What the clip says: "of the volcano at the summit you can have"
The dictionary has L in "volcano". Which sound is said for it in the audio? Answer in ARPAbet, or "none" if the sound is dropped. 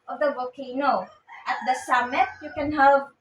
none